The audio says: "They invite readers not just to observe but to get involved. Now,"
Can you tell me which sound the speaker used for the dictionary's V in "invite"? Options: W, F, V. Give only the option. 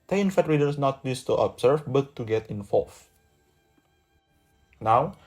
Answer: F